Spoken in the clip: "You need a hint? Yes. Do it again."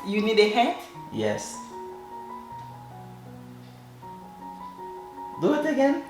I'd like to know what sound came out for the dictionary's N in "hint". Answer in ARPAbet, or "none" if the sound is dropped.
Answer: none